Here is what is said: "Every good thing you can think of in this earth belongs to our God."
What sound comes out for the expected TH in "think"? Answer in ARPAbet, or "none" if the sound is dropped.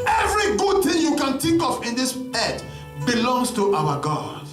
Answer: T